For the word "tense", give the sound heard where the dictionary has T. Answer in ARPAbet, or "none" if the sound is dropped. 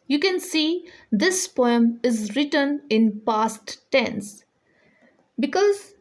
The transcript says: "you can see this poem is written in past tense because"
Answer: T